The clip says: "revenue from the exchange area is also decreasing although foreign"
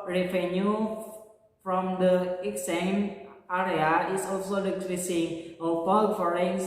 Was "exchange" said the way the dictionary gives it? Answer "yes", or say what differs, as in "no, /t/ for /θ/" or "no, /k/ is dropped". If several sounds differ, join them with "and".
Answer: no, /tʃ/ is dropped